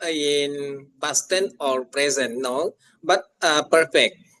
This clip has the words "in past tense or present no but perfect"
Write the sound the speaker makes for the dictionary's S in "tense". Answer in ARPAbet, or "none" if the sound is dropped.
none